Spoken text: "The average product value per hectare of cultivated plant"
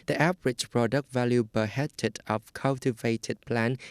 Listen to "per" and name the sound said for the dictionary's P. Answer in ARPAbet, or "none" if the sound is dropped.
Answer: B